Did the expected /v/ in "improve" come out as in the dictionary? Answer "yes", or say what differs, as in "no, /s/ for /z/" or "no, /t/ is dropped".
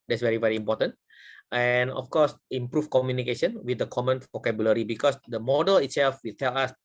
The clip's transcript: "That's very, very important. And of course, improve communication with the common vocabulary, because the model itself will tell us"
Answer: no, /f/ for /v/